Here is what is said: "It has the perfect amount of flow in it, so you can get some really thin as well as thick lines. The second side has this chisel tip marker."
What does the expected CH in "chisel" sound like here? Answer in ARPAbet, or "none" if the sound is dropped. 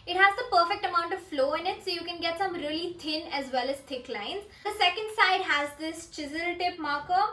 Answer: CH